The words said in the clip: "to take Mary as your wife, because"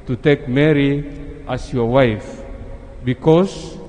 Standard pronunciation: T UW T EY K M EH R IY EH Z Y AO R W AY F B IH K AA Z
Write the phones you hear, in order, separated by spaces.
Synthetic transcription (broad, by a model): T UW T EY K M EH R IY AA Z Y AO R W AY F B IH K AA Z